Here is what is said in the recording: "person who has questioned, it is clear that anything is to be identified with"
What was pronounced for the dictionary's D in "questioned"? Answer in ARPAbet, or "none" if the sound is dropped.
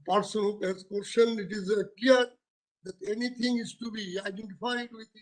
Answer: none